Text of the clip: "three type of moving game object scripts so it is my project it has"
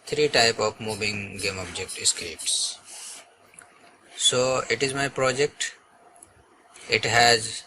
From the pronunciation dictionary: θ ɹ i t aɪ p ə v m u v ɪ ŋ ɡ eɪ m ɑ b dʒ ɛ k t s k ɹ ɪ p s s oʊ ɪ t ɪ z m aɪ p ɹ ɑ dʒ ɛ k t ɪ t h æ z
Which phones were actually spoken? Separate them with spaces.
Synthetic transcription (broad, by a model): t ɹ i t aɪ p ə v m u v ɪ ŋ ɡ eɪ m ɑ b dʒ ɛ k t s k ɛ p s s oʊ ɪ t ɪ z m aɪ p ɹ ɑ dʒ ɛ k t ɪ t h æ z